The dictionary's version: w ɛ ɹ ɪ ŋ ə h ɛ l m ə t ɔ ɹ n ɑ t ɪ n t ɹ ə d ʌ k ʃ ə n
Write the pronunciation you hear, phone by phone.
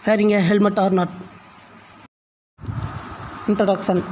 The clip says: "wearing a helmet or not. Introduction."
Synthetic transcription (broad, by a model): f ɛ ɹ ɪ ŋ ə h ɛ l m ə t ɔ ɹ n ɑ t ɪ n t ɹ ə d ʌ k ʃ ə n